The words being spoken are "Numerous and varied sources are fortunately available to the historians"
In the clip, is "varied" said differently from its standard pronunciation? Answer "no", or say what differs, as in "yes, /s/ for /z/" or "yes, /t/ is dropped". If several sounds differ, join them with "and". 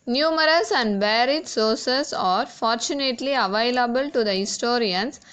yes, /b/ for /v/